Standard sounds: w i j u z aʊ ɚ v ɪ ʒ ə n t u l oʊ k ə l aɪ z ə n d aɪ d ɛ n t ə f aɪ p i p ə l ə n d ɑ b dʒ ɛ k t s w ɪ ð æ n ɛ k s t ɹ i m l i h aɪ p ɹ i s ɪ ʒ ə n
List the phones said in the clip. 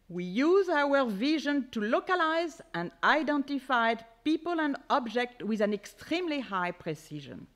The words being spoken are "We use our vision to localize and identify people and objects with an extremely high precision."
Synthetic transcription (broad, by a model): w i j u z aʊ ɚ v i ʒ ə n t u l oʊ k ə l aɪ z ə n d aɪ d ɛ n t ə f aɪ p i p ə l ə n d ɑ b dʒ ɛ k t w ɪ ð æ n ɛ k s t ɹ i m l i h aɪ p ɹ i s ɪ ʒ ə n